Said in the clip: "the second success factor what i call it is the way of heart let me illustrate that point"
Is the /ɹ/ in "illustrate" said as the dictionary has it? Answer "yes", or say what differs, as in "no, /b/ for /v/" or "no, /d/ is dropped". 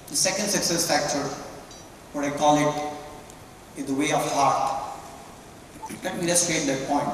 no, /ɹ/ is dropped